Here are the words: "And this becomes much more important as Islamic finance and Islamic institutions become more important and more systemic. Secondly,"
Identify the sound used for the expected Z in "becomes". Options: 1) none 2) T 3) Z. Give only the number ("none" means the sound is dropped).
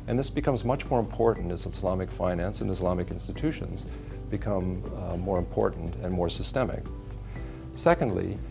3